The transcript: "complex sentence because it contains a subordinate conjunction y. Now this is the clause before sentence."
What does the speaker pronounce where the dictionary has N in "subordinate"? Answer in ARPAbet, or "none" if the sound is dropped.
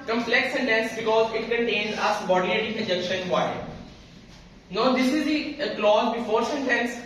L